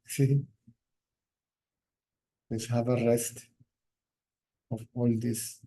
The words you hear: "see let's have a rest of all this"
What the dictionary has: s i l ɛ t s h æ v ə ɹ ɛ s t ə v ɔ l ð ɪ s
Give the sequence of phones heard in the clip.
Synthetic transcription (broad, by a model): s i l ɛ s h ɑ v ə ɹ ɛ s t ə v ɔ l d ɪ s